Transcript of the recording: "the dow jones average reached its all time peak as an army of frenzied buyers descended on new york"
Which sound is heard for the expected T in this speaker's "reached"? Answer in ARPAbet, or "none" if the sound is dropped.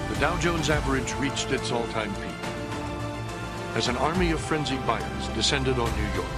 T